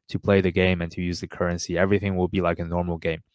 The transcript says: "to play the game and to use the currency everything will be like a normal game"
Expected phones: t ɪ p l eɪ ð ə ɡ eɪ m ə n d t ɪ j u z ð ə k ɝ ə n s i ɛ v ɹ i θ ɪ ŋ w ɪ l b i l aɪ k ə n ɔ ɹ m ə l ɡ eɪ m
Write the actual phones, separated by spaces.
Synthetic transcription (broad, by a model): t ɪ p l eɪ ð ə ɡ eɪ m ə n t ɪ j u z ð ə k ɝ ə n s i ɛ v ɹ i θ ɪ ŋ w ɪ l b i l aɪ k ə n ɔ ɹ m l ɡ eɪ m